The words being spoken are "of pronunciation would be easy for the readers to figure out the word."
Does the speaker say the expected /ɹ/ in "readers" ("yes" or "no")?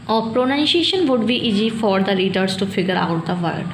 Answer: no